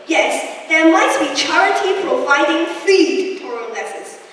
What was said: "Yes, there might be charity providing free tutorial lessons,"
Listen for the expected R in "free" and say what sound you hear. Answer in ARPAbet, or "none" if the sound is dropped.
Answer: none